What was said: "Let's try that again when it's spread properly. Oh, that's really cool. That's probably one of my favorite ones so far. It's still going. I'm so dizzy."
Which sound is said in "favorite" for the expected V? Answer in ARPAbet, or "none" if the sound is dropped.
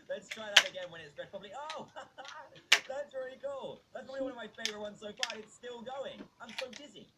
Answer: V